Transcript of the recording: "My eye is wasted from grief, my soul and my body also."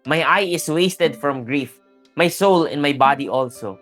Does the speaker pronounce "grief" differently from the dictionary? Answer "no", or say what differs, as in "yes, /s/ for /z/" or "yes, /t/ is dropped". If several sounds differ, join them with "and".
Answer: no